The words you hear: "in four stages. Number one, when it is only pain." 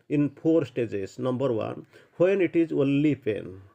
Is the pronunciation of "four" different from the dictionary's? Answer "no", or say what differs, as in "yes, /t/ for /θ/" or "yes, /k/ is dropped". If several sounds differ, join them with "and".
yes, /p/ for /f/